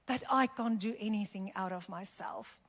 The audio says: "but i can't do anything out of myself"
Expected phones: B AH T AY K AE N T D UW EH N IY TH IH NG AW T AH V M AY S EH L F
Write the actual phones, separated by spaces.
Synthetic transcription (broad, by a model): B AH T AY K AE N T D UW EH N IY TH IH NG AW T AH V M AY S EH L F